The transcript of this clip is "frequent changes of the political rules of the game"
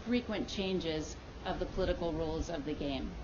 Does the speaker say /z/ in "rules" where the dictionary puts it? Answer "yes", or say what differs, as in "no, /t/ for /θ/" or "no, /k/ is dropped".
yes